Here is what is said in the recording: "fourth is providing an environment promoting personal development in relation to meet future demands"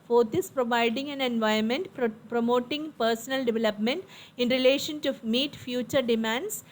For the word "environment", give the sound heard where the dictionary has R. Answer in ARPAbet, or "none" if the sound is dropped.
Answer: none